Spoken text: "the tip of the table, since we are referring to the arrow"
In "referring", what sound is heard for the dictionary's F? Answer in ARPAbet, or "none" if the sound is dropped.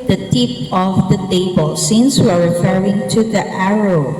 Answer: F